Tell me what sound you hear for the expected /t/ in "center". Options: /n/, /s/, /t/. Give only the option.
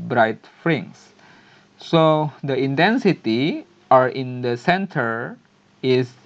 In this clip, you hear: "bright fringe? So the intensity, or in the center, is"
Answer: /t/